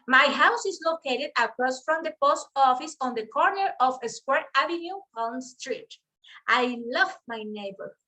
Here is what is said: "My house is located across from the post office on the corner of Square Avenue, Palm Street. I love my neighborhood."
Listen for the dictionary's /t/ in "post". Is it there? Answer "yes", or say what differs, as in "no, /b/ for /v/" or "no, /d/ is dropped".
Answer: yes